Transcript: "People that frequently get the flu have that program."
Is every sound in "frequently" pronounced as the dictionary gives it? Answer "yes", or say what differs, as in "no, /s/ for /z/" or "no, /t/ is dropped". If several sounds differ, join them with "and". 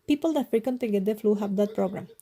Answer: no, /l/ is dropped